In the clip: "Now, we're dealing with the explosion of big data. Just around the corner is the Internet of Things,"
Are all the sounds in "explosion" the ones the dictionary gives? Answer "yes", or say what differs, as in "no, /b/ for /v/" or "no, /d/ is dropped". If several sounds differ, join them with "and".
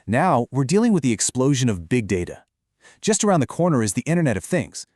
yes